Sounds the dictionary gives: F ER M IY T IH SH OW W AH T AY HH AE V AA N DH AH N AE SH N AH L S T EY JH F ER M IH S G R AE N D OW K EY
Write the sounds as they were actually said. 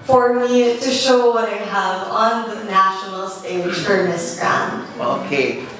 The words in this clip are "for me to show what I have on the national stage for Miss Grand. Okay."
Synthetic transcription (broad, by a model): F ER M IY T IH SH OW W AH T AY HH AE V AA N DH AH N AE SH N L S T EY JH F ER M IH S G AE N OW K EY